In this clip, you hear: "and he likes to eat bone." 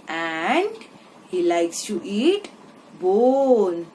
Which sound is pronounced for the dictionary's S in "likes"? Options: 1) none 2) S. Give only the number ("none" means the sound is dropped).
2